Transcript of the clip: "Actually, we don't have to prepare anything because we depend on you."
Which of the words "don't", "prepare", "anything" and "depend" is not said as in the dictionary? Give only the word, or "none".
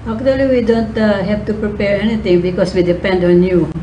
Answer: anything